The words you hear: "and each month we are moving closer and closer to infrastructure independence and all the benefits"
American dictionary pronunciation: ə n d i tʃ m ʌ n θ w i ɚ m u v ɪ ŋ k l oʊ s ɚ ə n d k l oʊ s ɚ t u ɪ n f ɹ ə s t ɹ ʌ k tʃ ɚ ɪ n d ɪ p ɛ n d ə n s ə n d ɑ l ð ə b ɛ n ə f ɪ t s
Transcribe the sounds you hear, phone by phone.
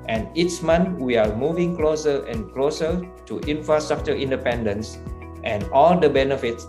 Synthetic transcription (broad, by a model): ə n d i s m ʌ n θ w i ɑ m u v ɪ ŋ k l oʊ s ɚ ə n k l oʊ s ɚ t u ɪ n f ɹ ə s t ɹ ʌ k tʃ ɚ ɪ n d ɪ p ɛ n d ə n s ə n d ɑ l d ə b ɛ n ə f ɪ t s